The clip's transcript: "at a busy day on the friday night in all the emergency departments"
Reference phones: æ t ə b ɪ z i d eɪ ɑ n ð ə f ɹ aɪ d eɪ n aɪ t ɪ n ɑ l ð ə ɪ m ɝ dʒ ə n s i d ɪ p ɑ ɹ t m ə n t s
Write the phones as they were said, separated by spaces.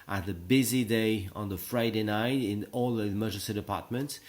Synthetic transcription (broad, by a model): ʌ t ə b ɪ z i d eɪ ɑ n ð ə f ɹ aɪ d eɪ n aɪ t ɪ n ɑ l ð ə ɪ m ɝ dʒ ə s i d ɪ p ɑ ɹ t m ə n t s